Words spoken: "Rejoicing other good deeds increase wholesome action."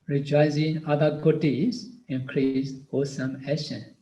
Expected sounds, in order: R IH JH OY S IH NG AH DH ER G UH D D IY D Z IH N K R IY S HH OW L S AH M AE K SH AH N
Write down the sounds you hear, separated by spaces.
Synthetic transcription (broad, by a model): R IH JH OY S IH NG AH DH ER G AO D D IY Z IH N K R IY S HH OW S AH M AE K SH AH N